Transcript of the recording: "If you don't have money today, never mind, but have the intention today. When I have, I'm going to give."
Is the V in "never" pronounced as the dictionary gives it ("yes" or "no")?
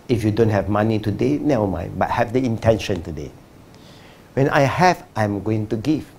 no